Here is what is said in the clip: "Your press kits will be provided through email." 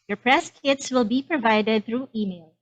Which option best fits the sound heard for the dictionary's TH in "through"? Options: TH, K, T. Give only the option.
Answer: TH